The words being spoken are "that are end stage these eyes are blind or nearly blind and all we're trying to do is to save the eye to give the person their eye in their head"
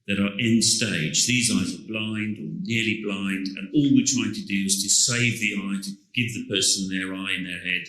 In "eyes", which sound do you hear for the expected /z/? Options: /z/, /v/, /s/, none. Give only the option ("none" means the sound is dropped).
/z/